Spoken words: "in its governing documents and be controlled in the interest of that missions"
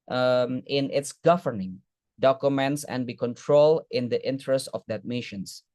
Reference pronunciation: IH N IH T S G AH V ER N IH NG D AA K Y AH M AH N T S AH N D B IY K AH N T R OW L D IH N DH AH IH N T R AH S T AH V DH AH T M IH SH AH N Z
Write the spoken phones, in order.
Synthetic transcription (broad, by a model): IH N IH T S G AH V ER N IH NG D AA K Y AH M AH N T S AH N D B IY K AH N T R OW L IH N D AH IH N T R AH S T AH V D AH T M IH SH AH N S